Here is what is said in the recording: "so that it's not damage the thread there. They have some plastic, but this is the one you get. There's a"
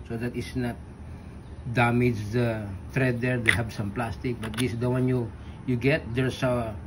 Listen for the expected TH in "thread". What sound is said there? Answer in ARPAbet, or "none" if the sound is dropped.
T